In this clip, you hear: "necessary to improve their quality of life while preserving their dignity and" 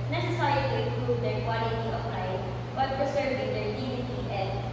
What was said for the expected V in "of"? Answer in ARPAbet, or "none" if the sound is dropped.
P